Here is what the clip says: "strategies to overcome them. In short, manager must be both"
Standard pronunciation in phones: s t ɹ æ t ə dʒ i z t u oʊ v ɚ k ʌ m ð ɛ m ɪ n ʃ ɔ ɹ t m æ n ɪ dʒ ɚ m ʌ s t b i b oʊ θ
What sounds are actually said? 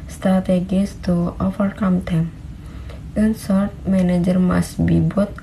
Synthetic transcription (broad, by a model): s t ɹ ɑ t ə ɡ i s t u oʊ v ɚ k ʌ m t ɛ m ɪ n s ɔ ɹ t m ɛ n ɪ dʒ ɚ m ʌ s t b i b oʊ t